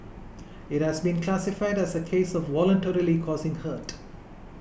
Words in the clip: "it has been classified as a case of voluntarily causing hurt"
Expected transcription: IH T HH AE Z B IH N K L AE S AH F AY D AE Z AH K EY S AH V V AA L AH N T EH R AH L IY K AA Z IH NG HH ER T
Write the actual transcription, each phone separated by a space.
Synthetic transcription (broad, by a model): IH T HH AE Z B IH N K L AE S AH F AY D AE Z AH K EY S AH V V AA L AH N T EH R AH L IY K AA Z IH NG HH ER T